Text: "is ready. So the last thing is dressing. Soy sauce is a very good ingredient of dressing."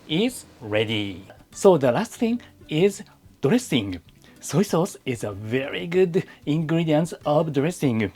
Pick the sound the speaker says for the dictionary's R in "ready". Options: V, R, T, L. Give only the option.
R